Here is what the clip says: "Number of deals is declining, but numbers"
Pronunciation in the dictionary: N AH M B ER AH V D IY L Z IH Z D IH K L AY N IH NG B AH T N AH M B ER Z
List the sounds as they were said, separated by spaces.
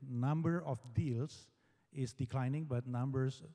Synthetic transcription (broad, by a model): N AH M B ER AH F D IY L S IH S D IH K L AY N IH NG B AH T N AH M B ER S